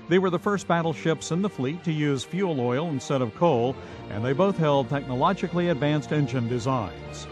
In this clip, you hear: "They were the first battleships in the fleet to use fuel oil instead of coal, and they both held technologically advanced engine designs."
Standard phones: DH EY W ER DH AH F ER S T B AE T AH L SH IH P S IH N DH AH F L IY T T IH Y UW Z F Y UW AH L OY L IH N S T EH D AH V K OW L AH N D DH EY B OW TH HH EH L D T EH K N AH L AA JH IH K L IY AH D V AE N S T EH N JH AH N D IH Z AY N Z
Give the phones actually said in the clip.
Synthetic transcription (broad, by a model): DH EY W ER DH AH F ER S T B AE T L SH IH P S IH N DH AH F L IY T T IH Y UW Z F Y UW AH L OY L IH N S T EH D AH V K OW L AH N DH EY B OW TH HH EH L D T EH K N AH L AA JH IH K L IY AH D V AE N S T EH N JH AH N D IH Z AY N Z